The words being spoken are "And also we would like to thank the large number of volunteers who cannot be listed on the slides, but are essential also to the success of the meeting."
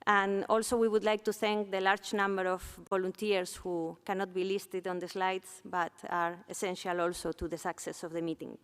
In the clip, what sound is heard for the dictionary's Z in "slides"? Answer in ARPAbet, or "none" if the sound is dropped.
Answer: S